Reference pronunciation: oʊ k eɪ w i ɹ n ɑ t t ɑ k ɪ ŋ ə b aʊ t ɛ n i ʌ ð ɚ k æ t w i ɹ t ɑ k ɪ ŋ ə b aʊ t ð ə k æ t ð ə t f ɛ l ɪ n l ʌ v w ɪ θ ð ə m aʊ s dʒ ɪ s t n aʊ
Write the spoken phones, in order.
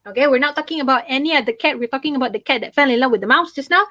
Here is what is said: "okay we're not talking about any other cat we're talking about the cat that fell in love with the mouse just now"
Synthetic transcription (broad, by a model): oʊ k eɪ w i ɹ n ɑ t t ɑ k ɪ ŋ ə b aʊ t ɛ n i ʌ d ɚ k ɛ t w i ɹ t ɑ k ɪ ŋ ə b aʊ t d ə k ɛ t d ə t f ɛ l ɪ n l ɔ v w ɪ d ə m aʊ s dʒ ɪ s n aʊ